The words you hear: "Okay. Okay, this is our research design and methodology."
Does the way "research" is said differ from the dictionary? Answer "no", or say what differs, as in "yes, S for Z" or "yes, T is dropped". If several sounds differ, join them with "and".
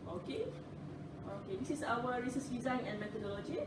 yes, S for CH